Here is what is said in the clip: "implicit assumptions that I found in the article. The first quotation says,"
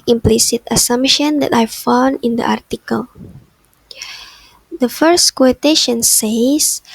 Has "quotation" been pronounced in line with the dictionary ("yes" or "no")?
yes